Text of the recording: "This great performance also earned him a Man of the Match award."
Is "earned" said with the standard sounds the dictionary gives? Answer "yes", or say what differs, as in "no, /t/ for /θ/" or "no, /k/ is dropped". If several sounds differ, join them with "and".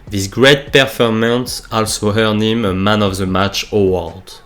no, /d/ is dropped